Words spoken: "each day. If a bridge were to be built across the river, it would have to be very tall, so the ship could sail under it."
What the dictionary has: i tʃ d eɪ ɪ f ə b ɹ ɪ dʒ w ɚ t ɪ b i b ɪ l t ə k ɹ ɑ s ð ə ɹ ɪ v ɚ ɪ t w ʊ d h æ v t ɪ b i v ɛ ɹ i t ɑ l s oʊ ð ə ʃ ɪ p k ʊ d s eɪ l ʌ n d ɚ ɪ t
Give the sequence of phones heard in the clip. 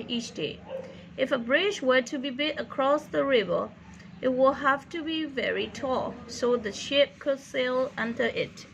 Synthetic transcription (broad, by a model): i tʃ d eɪ ɪ f ə b ɹ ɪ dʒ w ɚ t ɪ b i b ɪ t ə k ɹ ɑ s ð ə ɹ ɪ v ɚ ɪ t w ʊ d h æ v t ɪ b i v ɛ ɹ i t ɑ s oʊ ð ə ʃ ɪ p k ʊ d s eɪ l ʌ n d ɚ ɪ t